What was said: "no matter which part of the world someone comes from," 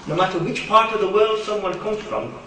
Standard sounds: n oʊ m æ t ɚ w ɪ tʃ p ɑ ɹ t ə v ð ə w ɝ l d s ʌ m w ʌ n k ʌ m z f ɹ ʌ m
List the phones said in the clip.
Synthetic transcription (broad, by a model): n oʊ m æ t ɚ w ɪ tʃ p ɑ ɹ t ə v ð ə w ɝ l d s ʌ m w ʌ n k ʌ m z f ɹ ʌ m